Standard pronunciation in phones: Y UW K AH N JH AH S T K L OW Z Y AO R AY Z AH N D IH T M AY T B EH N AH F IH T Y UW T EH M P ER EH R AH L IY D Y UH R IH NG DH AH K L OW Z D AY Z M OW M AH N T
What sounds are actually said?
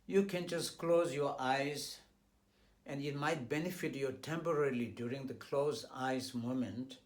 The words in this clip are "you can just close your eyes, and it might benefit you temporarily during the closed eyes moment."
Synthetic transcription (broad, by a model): Y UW K AH N JH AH S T K L OW Z Y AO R AY Z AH N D IH T M AY T B EH N AH F IH T Y UW T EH M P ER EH R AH L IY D Y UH R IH NG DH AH K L OW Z AY Z M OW M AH N T